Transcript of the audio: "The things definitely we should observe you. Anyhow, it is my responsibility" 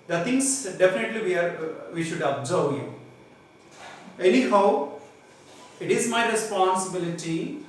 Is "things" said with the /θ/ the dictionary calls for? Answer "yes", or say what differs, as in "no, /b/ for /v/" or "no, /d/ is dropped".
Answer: no, /t/ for /θ/